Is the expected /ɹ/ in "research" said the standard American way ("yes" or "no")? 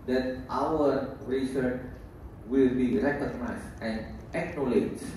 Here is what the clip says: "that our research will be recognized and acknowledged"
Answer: yes